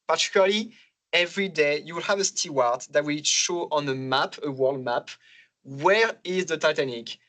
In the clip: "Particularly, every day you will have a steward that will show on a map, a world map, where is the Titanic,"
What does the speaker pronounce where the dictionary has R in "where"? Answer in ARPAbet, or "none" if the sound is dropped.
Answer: R